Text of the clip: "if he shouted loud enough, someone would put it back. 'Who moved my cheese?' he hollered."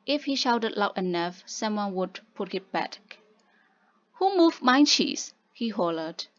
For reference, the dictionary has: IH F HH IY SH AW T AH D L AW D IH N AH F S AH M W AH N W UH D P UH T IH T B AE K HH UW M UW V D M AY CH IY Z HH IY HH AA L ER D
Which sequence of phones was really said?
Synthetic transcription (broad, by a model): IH F HH IY SH AW T AH D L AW IH N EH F S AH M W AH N W UH D P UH T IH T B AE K HH UW M UW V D M AY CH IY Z HH IY HH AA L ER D